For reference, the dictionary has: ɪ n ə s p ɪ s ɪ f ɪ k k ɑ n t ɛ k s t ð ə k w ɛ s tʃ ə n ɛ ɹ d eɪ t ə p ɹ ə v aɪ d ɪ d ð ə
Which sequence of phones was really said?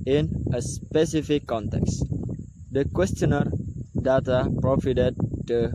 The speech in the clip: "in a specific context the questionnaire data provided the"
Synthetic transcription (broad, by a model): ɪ n ə s p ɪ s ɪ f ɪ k k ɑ n t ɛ k s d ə k w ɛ s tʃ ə n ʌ ɹ d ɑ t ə p ɹ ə f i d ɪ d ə